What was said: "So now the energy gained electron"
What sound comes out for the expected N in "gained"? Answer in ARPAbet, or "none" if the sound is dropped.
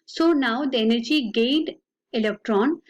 none